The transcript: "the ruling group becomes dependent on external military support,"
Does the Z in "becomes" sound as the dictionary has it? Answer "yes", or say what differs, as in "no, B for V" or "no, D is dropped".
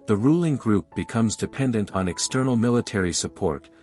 yes